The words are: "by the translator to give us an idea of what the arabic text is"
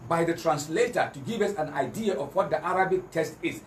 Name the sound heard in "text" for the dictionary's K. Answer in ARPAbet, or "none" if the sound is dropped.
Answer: none